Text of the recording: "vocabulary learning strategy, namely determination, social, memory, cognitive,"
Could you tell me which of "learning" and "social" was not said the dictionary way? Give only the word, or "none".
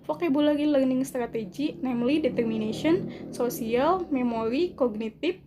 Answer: social